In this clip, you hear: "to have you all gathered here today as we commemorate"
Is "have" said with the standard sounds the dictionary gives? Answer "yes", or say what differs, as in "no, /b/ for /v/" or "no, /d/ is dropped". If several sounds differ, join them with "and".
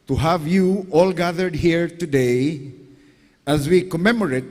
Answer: yes